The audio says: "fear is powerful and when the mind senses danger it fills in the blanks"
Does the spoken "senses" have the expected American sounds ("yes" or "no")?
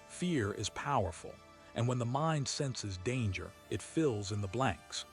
yes